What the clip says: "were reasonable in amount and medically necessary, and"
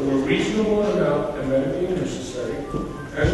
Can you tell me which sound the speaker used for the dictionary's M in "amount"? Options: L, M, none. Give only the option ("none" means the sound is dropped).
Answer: none